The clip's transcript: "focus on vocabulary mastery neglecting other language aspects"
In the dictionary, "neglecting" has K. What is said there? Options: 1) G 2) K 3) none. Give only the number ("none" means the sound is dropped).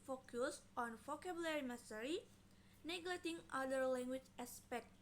3